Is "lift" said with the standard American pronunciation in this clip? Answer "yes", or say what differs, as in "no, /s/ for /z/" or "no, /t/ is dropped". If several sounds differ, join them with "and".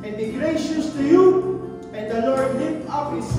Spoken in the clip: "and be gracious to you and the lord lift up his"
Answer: no, /f/ is dropped